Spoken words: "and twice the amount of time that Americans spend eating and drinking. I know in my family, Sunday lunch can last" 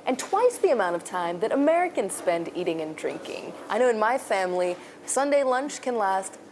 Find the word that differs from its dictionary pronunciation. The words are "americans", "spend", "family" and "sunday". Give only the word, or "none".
none